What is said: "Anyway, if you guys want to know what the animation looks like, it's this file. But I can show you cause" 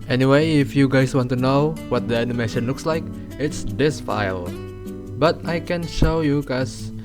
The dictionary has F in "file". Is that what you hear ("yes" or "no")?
yes